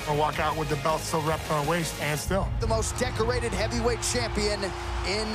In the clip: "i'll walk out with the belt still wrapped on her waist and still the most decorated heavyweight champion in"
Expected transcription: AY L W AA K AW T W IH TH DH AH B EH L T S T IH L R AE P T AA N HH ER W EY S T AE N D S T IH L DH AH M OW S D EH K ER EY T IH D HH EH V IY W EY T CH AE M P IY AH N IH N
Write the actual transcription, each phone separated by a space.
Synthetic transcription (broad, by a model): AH W AA K AW T W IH DH AH B EH L T S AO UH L R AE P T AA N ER W EY S T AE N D S T IH L DH AH M OW S D EH K ER EY T IH D HH EH V IY W EY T CH AE M P IY AH N IH N